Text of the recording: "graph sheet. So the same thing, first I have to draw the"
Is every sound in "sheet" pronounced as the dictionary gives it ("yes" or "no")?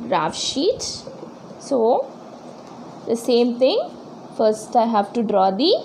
yes